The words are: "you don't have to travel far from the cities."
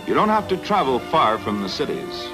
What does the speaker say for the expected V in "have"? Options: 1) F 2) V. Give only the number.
1